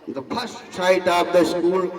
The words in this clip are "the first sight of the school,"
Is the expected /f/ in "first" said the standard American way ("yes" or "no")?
no